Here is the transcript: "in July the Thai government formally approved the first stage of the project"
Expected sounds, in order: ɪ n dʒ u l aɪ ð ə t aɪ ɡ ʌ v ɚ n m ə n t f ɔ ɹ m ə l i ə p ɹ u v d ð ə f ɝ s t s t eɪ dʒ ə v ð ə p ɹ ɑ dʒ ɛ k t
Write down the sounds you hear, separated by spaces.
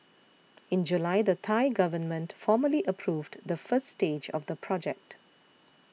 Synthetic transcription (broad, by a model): ɪ n dʒ u l aɪ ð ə t aɪ ɡ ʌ v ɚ n m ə n t f ɔ m ə l i ə p ɹ u v d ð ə f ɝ s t s t eɪ dʒ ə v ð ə p ɹ ɑ dʒ ɛ k t